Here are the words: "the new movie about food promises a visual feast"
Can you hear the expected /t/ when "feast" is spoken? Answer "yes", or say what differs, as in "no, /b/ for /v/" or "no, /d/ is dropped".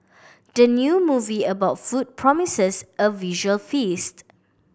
yes